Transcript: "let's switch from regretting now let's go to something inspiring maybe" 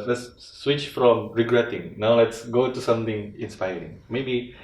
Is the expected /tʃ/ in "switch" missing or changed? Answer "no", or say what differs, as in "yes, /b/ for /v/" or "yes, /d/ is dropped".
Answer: no